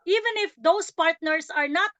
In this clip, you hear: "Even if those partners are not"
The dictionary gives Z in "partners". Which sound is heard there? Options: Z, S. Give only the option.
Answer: S